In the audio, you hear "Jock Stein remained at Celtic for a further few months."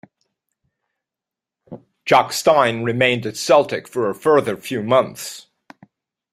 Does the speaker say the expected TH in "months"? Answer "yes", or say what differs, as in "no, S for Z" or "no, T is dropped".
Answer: yes